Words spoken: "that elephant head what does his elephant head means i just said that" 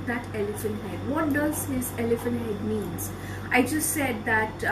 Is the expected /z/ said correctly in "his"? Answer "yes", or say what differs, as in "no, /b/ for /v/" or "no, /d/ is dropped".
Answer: no, /s/ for /z/